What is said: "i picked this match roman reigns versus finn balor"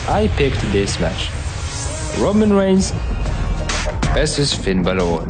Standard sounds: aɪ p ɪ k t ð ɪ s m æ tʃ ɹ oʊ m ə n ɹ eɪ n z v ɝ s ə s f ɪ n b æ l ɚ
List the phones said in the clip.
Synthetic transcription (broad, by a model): aɪ p ɪ k t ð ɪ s m æ tʃ ɹ oʊ m ə n ɹ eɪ n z b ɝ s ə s f ɪ n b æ l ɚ